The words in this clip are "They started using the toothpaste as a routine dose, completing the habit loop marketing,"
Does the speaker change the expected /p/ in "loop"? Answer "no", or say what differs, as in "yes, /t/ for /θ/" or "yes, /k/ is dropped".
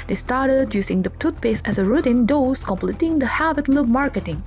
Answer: yes, /b/ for /p/